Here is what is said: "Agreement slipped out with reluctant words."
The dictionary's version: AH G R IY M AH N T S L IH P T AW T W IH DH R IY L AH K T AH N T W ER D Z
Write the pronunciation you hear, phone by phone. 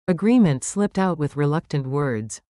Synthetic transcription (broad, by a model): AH G R IY M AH N T S L IH P T AW T W IH DH R IY L AH K T AH N T W ER D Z